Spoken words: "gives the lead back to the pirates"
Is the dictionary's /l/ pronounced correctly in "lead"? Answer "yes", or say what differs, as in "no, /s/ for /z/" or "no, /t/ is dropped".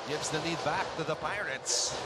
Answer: no, /n/ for /l/